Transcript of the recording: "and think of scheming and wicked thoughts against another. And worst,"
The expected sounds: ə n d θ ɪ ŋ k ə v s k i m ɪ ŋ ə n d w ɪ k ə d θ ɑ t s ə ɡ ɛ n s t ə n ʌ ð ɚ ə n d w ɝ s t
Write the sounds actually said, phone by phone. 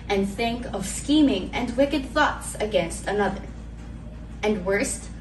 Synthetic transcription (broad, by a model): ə n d θ ɪ ŋ k ə v s k i m ɪ ŋ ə n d w ɪ k ə d θ ɑ t s ə ɡ ɛ n s t ə n ʌ ð ɚ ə n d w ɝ s t